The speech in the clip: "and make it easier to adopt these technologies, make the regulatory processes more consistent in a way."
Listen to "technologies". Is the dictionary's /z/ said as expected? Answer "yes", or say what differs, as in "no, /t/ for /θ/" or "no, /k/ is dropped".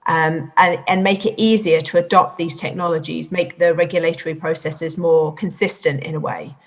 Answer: yes